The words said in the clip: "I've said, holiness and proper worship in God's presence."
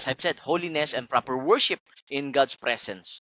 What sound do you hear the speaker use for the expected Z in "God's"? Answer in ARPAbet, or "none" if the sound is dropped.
S